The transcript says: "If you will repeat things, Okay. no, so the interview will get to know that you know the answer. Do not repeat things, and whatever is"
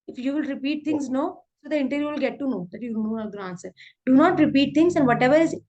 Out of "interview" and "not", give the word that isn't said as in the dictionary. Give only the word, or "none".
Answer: interview